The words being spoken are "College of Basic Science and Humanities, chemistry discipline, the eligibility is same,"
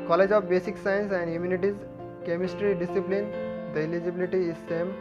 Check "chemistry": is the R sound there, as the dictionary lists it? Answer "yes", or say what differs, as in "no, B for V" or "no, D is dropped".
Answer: yes